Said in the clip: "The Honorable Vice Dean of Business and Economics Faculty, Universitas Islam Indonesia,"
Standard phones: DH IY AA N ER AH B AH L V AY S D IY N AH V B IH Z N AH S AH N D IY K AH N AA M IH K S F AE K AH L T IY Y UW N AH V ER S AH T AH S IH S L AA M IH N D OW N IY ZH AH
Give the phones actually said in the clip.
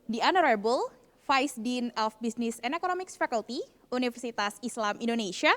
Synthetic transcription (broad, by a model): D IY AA N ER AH B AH L F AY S D IY N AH F B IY S N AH S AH N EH K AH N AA M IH K S F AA K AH L T IY UW N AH F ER S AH T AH S IH S L AA M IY N D OW N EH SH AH